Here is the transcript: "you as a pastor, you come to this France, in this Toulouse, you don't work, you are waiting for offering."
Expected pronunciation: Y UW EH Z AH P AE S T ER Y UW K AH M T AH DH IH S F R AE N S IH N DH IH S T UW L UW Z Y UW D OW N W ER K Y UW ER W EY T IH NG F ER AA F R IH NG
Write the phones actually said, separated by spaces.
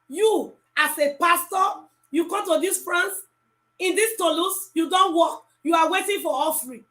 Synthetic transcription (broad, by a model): Y UW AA S AH P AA S T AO Y UW K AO M T AH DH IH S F R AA N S IH N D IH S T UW L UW S Y UW D OW N W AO K Y UW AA W EY T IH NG F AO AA F R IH